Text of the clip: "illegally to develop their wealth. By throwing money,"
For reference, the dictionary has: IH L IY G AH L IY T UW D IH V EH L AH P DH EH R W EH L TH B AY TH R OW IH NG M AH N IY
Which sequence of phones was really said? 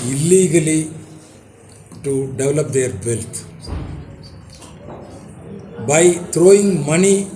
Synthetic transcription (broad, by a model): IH L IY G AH L IY T UW D IH V EH L AH P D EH R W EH L T B AY T R OW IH NG M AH N IY